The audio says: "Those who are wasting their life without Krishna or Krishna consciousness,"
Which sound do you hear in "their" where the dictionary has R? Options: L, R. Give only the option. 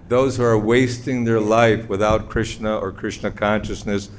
R